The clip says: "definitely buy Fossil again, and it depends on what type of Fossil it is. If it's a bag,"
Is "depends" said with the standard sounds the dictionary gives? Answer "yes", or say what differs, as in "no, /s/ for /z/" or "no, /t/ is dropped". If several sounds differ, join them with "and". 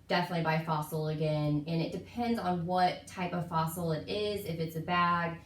yes